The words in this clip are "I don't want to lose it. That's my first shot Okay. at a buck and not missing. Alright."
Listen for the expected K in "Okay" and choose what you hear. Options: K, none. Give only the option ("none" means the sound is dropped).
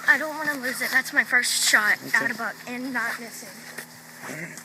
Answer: none